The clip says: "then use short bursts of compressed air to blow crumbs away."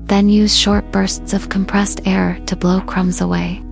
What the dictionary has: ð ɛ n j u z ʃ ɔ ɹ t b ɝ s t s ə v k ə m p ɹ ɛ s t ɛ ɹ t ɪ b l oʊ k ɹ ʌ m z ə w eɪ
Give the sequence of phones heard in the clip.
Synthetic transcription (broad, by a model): ð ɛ n j u z ʃ ɔ ɹ t b ɝ s t s ə v k ə m p ɹ ɛ s t ɛ ɹ t ɪ b l oʊ k ɹ ʌ m z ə w eɪ